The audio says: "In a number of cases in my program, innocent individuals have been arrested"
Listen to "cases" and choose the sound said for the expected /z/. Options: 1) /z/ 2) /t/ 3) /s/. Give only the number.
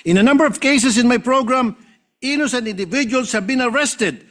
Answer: 3